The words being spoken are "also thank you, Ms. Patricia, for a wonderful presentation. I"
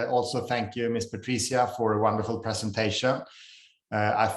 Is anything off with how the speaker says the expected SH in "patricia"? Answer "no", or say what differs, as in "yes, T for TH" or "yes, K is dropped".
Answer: yes, S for SH